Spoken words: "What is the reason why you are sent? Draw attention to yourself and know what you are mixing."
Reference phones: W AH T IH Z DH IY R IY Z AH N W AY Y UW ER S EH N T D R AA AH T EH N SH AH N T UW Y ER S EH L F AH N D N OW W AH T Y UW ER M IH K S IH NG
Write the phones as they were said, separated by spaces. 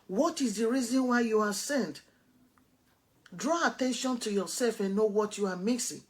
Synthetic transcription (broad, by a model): W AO T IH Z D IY R IY Z AH N W AY Y UW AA S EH N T D R AA AH T EH N SH AH N T UW Y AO S EH L F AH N N OW W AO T Y UW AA M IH K S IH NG